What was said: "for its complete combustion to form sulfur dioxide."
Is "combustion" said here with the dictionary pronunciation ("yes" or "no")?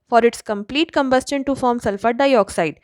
yes